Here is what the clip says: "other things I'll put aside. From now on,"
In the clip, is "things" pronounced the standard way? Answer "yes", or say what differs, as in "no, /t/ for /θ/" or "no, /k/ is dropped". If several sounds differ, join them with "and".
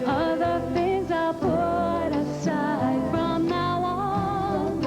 yes